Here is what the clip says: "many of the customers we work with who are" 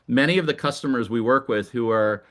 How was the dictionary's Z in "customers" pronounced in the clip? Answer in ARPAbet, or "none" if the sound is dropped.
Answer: Z